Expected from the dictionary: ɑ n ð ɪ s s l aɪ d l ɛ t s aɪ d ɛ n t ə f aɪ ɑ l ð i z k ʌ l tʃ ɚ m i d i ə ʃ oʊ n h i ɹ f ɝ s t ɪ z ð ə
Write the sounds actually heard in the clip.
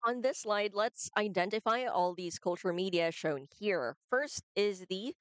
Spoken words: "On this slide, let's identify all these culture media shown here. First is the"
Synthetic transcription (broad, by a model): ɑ n ð ɪ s s l aɪ d l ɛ t s aɪ d ɛ n t ə f aɪ ɑ l ð i z k ʌ l tʃ ɚ m i d i ə ʃ oʊ n h i ɹ f ɝ s t ɪ z ð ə